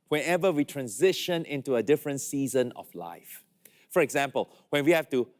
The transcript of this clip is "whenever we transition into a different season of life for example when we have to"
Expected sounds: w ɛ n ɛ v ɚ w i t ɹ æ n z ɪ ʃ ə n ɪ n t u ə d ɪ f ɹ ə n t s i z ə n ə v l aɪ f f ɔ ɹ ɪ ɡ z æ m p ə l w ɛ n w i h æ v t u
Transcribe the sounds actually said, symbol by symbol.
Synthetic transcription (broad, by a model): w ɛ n ɛ v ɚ w i t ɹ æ n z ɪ ʃ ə n ɪ n t u ə d ɪ f ɹ ə n t s i z ə n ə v l aɪ f f ɔ ɹ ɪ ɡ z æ m p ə l w ɛ n w i h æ f t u